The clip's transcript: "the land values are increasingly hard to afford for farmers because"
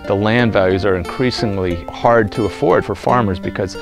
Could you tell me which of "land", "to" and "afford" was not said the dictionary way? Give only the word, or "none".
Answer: none